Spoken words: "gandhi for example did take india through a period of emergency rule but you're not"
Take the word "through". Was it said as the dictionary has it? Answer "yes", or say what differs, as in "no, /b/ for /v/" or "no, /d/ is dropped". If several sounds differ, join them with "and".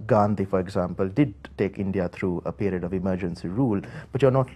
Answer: no, /t/ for /θ/